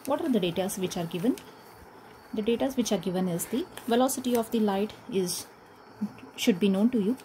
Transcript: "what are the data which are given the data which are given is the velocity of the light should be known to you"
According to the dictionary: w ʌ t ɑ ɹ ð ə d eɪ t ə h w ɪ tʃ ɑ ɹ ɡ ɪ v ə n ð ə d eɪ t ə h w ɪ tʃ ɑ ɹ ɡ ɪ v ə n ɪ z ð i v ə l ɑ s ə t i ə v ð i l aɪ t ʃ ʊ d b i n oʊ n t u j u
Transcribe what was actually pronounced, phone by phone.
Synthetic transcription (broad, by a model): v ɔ t ɑ ɹ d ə d eɪ t ə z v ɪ tʃ ɑ ɹ ɡ ɪ v ə n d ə d eɪ t ə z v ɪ tʃ ɑ ɹ ɡ ɪ v ə n ɪ z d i v ə l ɑ s ə t i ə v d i l aɪ t ʃ ʊ d b i n oʊ n t u j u